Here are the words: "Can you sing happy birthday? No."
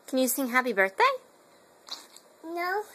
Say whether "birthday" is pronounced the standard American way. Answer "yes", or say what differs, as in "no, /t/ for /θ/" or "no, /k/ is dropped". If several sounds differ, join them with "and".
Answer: yes